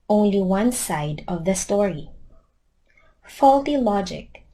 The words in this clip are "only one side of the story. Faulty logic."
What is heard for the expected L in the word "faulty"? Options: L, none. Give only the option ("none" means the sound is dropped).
L